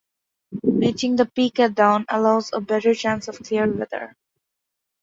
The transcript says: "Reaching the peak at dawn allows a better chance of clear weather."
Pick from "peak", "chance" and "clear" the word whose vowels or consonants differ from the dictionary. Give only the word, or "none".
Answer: none